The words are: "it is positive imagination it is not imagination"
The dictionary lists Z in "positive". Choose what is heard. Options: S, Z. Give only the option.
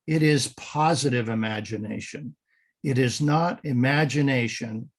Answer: Z